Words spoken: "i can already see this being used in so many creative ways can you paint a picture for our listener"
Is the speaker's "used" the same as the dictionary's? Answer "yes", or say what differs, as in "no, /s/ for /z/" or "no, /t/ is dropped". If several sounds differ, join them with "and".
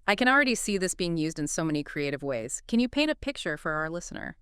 yes